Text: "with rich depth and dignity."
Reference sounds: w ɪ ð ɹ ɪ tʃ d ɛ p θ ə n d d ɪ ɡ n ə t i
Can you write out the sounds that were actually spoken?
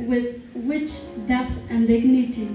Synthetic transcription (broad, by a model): w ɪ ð w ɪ tʃ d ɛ θ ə n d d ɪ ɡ n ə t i